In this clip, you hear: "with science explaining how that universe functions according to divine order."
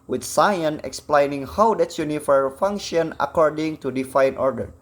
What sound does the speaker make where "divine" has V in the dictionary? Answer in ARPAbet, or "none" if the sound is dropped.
F